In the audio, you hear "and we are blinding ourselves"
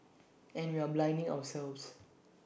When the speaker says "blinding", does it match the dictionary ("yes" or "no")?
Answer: yes